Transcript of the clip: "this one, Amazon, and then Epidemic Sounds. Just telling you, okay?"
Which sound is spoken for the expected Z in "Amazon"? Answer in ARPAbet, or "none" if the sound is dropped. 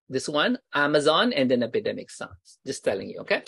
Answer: Z